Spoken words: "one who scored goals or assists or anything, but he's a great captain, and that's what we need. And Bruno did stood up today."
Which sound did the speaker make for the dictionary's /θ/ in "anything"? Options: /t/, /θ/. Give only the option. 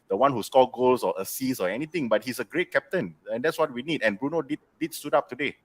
/t/